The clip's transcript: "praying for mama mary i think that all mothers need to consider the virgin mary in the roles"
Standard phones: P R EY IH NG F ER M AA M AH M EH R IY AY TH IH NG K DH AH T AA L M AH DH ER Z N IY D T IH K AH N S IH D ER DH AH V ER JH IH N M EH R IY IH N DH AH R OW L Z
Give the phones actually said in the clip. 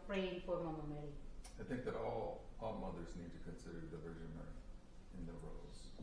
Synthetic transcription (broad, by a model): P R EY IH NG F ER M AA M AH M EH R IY AY TH IH NG K DH AH T AA L M AH DH ER Z N IY D T IH K AH N S IH D ER DH AH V ER ZH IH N M EH R IY IH N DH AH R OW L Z